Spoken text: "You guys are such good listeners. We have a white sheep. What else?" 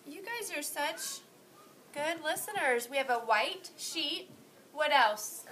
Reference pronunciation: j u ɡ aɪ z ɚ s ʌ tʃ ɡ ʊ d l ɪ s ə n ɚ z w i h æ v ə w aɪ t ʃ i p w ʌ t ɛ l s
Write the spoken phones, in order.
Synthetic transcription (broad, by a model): j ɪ ɡ aɪ z ɚ s ʌ tʃ ɡ ʊ d l ɪ s ə n ɚ z w i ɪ v ə w aɪ t ʃ i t w ʌ t ɛ l s